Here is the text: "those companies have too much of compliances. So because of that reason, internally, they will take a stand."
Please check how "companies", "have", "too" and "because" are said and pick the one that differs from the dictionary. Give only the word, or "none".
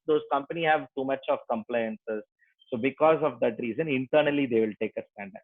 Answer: companies